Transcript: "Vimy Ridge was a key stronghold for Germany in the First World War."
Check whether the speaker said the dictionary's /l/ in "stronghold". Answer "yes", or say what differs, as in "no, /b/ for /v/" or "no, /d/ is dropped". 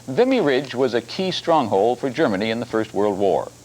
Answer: yes